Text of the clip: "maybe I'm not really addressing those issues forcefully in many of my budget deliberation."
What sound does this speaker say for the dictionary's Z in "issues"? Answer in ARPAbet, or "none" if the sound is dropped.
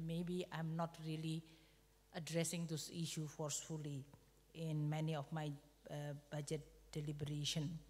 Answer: none